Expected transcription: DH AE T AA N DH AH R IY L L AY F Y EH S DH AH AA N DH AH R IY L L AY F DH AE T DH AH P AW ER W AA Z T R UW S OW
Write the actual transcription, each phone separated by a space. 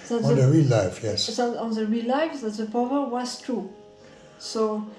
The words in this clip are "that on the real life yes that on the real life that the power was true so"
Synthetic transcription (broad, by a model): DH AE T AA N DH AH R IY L L AY F Y EH S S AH AA N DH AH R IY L L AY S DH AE T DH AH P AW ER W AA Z T R UW S OW